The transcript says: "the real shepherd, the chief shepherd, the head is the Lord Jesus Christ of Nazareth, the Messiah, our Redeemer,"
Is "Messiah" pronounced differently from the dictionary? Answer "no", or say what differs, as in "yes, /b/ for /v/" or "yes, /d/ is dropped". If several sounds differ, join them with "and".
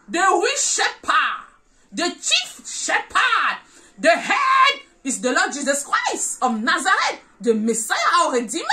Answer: no